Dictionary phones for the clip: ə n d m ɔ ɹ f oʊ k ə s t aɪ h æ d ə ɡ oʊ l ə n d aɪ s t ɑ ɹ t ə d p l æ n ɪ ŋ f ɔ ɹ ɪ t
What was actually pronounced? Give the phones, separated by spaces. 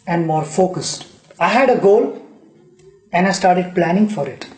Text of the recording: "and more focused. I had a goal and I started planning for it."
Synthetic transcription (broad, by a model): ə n d m ɔ ɹ f oʊ k ə s t aɪ h æ d ə ɡ oʊ l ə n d aɪ s t ɑ ɹ t ə d p l æ n ɪ ŋ f ɔ ɹ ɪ t